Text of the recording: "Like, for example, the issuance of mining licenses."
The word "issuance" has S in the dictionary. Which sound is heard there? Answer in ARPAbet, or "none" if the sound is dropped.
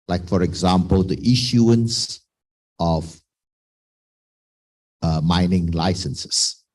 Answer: S